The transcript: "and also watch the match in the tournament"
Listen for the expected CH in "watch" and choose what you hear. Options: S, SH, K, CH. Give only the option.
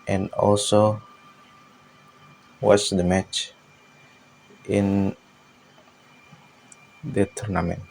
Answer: S